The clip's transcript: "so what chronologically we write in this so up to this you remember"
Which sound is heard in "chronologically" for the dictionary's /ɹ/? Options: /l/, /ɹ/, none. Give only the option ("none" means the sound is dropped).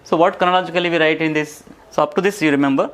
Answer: none